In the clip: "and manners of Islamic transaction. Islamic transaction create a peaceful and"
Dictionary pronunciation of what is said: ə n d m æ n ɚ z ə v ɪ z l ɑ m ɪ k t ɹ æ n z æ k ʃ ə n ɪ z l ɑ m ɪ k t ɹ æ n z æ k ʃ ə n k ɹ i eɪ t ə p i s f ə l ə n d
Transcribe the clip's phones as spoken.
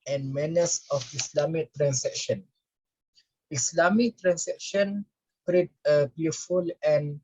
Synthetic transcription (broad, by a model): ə n m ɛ n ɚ s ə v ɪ s l ɑ m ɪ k t ɹ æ n s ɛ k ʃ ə n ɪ s l ɑ m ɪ k t ɹ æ n s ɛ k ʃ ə n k ɹ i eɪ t ə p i f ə l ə n